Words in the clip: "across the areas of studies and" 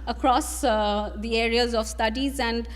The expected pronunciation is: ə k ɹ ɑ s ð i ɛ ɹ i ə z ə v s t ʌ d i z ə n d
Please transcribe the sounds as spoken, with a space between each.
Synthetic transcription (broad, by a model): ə k ɹ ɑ s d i ɛ ɹ i ə z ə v s t ʌ d i z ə n d